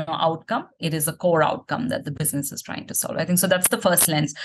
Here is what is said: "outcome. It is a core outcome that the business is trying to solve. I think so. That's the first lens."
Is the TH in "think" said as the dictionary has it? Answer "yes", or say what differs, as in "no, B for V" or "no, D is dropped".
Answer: no, T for TH